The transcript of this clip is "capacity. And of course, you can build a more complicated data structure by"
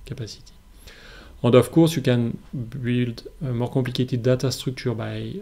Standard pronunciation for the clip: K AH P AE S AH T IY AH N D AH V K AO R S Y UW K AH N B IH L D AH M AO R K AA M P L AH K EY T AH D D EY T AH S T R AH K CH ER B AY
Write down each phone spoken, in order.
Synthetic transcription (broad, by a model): K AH P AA S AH T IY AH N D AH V K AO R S Y UW K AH N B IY L D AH M AO R K AA P L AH K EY T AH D D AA T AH S T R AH K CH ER B AY